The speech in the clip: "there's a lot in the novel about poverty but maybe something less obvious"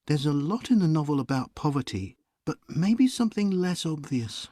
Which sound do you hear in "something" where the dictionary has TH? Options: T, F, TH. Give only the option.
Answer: TH